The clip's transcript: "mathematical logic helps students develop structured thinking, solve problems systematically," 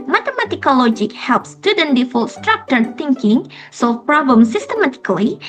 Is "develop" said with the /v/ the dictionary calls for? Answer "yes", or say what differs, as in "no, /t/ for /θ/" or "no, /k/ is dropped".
no, /f/ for /v/